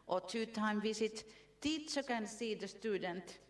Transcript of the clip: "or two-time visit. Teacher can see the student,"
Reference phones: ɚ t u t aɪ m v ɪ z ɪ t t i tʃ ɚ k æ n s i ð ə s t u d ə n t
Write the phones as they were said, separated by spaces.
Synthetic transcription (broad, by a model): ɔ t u t aɪ m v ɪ s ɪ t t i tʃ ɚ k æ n s i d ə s t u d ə n t